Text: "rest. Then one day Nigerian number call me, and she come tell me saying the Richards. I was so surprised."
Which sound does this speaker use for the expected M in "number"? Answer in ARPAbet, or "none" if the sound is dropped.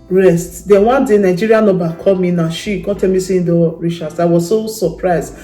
none